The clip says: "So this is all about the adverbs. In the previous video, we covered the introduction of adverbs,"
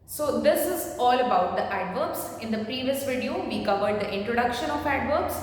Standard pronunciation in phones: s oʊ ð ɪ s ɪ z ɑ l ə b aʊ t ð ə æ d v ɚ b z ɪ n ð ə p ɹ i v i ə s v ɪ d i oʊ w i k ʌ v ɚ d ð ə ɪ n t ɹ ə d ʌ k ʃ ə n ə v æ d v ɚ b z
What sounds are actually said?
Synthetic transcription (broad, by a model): s oʊ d ɪ s ɪ z ɑ l ə b aʊ t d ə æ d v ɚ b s ɪ n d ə p ɹ i v i ə s v ɪ d i oʊ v i k ʌ v ɚ d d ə ɪ n t ɹ ə d ʌ k ʃ ə n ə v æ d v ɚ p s